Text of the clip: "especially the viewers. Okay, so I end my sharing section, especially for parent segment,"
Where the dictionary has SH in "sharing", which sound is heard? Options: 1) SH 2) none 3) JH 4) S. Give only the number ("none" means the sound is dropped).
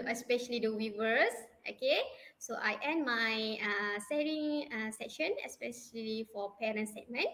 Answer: 4